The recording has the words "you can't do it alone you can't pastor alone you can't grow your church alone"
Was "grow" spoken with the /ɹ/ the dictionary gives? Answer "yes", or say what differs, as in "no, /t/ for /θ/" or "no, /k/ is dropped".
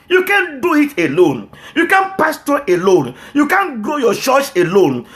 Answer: no, /l/ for /ɹ/